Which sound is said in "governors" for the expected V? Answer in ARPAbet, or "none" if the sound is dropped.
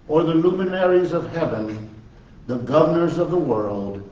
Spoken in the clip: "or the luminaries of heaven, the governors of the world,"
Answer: V